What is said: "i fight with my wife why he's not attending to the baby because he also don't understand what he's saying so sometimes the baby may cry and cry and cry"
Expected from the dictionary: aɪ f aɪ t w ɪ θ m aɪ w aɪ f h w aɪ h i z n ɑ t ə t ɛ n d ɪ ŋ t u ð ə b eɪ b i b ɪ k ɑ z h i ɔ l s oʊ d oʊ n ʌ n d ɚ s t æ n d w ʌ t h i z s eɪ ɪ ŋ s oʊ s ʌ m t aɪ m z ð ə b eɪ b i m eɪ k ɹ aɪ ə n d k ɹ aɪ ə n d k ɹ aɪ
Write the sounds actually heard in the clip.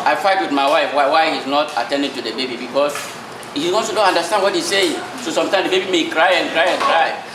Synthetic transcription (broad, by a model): aɪ f aɪ t w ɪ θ m aɪ w aɪ f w w aɪ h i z n ɑ t ə t ɛ n d ɪ ŋ t u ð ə b eɪ b i b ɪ k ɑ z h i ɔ s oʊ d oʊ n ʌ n d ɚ s t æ n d w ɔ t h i s eɪ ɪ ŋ s oʊ s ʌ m t aɪ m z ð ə b eɪ b i m eɪ k ɹ aɪ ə n k ɹ aɪ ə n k ɹ aɪ